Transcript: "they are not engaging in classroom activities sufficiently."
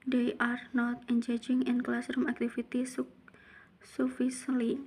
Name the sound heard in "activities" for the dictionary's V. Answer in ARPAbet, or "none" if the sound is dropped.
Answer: F